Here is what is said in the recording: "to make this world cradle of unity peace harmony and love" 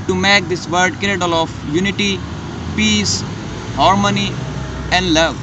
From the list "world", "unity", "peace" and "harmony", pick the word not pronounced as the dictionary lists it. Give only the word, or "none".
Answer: world